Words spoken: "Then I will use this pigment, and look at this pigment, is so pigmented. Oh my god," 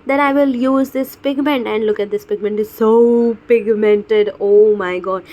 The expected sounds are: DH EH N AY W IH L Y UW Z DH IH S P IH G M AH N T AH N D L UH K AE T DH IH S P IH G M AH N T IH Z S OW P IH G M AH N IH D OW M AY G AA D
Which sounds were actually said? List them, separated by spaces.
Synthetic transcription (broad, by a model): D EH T AY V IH L Y UW Z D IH S P IH G M AH N T AH N D L UH K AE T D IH S P IH G M AH N T IH Z S OW P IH G M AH N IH D OW M AY G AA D